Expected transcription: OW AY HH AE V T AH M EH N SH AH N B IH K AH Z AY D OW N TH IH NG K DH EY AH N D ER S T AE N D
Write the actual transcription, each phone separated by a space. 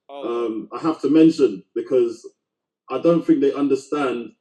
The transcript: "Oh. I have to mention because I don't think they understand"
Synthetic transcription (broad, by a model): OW AY HH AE F T AH M EH N SH AH N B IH K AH Z AY D OW N TH IH NG K DH EY AH N D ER S T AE N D